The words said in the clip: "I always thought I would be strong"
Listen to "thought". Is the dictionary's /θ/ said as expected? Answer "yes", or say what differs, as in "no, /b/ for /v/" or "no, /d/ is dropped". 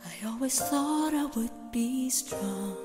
yes